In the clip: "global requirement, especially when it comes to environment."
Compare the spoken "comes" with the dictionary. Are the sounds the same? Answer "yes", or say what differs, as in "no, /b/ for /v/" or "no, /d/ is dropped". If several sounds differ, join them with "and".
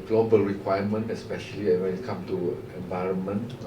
no, /z/ is dropped